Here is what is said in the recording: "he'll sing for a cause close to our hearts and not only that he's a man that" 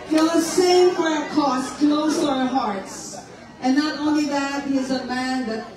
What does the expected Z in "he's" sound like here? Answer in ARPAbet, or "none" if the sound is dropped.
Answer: Z